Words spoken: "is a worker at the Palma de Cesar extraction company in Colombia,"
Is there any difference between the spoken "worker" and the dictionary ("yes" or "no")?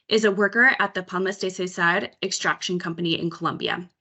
no